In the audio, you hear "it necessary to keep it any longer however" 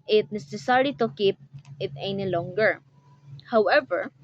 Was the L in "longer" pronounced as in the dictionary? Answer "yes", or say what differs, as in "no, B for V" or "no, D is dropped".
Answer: yes